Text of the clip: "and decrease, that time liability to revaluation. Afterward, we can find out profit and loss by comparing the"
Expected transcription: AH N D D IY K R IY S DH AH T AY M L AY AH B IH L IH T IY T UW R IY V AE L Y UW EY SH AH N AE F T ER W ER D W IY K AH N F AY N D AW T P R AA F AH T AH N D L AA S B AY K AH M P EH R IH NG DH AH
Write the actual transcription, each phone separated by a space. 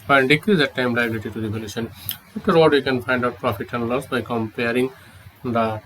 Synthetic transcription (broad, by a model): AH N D D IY K R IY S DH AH T AY M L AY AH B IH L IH T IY T UW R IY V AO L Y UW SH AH N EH T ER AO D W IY K AH N F AY N D AW T P R AA F AH T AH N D L AA S B AY K AH M P EH R IH NG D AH